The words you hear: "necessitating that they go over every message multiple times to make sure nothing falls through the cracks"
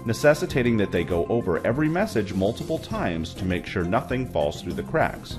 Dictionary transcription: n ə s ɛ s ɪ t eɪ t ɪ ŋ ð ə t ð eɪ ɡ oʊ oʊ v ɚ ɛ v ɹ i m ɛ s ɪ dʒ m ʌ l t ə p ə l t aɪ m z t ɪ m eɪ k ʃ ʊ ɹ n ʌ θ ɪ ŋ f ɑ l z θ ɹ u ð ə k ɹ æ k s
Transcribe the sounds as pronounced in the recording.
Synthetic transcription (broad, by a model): n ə s ɛ s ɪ t eɪ t ɪ ŋ ð ə t ð eɪ ɡ oʊ oʊ v ɚ ɛ v ɹ i m ɛ s ɪ dʒ m ʌ l t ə p l t aɪ m z t ɪ m eɪ k ʃ ʊ ɹ n ʌ θ ɪ ŋ f ɑ l z θ ɹ u ð ə k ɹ æ k s